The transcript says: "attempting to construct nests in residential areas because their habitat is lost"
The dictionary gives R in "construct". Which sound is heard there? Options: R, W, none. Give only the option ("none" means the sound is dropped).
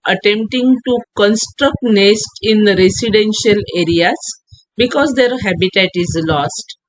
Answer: R